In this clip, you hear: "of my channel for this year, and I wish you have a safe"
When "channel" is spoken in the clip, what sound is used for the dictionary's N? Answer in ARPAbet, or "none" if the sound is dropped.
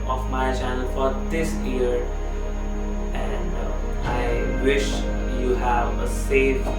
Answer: N